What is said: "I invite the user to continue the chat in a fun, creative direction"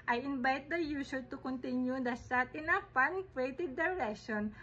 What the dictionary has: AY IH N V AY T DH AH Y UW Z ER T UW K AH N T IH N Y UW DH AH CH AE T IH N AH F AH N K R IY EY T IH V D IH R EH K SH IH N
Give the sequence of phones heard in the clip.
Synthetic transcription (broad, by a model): AY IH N B AY T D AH Y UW S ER T UW K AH N T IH N Y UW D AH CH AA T IH N AH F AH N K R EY T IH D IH R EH K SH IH N